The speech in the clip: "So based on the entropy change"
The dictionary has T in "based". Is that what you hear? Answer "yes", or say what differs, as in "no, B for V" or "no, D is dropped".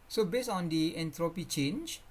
no, T is dropped